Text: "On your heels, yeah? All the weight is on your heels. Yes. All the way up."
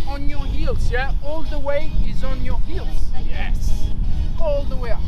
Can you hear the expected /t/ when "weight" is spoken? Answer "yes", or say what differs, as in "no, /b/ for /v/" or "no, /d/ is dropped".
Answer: no, /t/ is dropped